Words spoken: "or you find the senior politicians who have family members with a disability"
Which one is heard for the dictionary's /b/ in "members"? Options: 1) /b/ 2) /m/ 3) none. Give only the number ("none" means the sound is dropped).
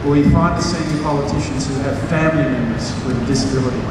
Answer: 3